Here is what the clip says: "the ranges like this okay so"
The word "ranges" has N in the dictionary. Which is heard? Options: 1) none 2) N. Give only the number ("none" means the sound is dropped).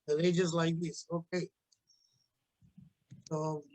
1